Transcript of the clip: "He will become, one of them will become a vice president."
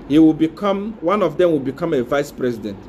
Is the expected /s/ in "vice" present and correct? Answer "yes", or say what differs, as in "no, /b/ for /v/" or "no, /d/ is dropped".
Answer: yes